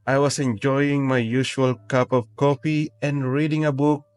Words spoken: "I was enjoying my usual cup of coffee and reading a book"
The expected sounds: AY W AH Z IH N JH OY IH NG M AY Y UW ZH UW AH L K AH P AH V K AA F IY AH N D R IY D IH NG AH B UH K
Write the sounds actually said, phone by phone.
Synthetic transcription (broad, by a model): AY W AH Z IH N JH OY IH NG M AY Y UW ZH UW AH L K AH P AH V K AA P IY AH N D R IY D IH NG AH B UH K